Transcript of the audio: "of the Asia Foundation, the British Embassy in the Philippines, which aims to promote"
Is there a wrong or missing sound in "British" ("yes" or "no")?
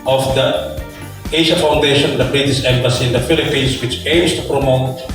yes